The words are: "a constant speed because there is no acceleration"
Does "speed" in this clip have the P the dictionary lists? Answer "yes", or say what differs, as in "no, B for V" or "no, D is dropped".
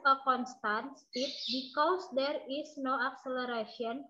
no, P is dropped